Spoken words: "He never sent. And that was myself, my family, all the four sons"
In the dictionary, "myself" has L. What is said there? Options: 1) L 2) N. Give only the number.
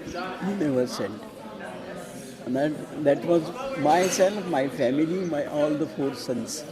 2